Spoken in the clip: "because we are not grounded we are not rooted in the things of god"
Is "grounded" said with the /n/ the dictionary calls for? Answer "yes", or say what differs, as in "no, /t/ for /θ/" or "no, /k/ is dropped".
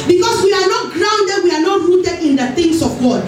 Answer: yes